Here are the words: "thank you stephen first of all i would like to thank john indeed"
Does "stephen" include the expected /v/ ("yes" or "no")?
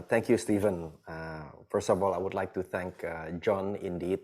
yes